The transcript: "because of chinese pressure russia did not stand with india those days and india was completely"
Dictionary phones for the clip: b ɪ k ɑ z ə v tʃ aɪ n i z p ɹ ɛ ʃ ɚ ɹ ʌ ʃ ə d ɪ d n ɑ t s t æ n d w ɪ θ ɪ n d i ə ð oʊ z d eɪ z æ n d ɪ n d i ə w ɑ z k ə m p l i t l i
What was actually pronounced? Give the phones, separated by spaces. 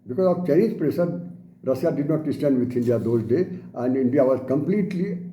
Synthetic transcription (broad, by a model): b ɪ k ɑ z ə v tʃ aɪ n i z p ɹ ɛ s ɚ ɹ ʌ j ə d ɪ d n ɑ t s t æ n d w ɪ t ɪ n d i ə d oʊ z d eɪ æ n d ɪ n d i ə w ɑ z k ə m p l i t l i